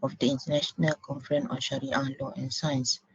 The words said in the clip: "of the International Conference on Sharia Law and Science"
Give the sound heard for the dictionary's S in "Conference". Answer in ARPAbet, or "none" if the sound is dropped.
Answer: none